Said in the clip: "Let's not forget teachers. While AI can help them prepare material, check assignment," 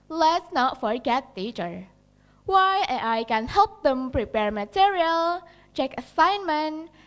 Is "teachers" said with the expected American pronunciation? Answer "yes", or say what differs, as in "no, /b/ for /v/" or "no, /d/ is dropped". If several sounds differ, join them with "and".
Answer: no, /z/ is dropped